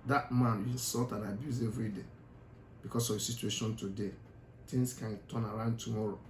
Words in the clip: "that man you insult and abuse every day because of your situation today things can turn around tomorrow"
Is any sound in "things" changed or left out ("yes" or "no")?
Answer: yes